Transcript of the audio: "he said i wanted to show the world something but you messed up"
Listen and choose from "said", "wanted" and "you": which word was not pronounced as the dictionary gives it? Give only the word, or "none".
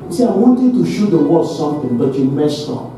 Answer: said